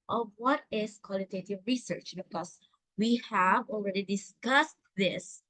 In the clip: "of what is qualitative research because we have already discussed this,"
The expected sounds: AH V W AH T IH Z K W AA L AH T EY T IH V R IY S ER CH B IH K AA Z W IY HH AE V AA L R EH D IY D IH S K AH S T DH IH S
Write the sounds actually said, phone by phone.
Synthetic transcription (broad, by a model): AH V W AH T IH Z K W AA L AH T EY T IH V R IY S ER CH B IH K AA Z W IY HH AE V AA L R EH D IY D IH S K AH S T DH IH S